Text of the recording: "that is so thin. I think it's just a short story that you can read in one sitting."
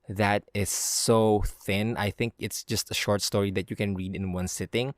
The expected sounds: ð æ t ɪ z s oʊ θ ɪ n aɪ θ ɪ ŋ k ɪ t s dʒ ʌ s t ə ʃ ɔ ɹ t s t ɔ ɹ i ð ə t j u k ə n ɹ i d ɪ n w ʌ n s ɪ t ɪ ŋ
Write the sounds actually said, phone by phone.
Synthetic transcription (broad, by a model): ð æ t ɪ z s oʊ θ ɪ n aɪ θ ɪ ŋ k ɪ t s dʒ ʌ s t ə ʃ ɔ ɹ t s t ɔ ɹ i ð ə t j u k ə n ɹ i d ɪ n w ʌ n s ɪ t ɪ ŋ